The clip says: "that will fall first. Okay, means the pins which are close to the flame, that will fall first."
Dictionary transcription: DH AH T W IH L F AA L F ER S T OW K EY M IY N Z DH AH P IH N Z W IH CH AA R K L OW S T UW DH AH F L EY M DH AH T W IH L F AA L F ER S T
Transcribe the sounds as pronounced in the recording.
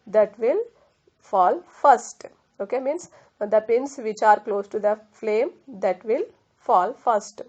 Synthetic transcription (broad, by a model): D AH T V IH L F AA L F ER S T OW K EY M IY N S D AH P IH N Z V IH CH AA R K L OW S T UW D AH F L EY M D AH T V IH L F AA L F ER S T